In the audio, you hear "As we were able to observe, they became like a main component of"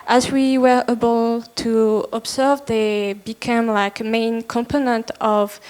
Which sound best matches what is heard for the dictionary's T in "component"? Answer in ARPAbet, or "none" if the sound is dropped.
T